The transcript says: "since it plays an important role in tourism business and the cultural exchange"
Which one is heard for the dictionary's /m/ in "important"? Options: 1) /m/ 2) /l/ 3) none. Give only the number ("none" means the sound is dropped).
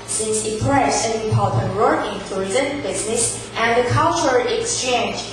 3